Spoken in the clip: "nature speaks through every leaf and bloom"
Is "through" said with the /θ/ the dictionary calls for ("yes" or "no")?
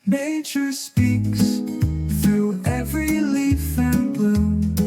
yes